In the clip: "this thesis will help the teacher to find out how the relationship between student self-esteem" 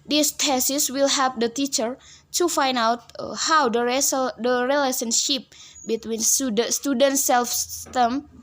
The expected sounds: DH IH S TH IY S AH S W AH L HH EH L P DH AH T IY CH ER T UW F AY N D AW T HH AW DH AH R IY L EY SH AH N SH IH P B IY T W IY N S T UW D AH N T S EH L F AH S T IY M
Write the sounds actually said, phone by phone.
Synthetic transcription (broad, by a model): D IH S T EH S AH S W AH L HH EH P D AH T IY CH ER T UW F AY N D AW T HH AW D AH R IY L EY S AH N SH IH P B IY T W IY N S T UW D AH N T S EH L F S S T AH M